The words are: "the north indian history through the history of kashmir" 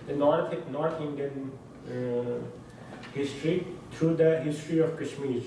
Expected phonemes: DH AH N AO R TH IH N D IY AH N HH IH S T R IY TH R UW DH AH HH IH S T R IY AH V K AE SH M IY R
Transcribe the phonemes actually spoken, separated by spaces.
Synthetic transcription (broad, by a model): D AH N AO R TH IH N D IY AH N HH IH S T R IY T R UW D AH HH IH S T R IY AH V K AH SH M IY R